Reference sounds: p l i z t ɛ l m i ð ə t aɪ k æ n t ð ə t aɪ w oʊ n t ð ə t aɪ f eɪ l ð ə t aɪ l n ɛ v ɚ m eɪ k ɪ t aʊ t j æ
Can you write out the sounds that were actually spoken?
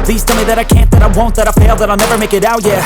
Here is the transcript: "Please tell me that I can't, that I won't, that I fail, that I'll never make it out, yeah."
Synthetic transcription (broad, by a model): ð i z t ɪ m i ð ə t aɪ k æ n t ð ə t aɪ w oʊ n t ð ə t aɪ p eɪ l ð ə t aɪ l n ɛ v ɚ m eɪ k ɪ t aʊ t j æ